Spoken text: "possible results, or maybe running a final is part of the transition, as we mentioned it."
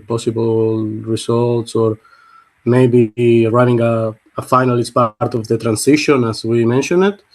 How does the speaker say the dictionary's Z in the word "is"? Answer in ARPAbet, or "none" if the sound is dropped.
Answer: S